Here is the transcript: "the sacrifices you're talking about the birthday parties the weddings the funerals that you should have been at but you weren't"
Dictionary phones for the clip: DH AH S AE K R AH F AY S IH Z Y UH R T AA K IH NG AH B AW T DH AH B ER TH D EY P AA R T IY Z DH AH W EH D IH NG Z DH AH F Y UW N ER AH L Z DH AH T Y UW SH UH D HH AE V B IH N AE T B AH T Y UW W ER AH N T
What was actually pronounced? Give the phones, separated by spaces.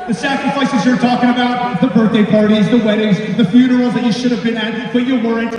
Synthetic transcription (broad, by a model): DH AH S AE K R AH F AY S IH Z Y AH R T AA K IH NG AH B AW T DH AH B ER TH D EY P AA R T IY Z DH AH W EH D IH NG Z DH AH F Y UW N ER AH L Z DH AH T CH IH SH UH D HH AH V B IH N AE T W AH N Y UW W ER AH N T